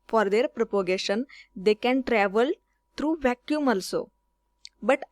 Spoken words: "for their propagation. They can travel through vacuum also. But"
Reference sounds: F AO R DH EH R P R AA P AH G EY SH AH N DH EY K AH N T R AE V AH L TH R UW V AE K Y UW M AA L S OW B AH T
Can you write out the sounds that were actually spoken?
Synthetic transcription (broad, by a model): F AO R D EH R P R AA P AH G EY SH AH N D EY K AH N T R AE V AH L T R UW V AE K Y UW M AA L S OW B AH T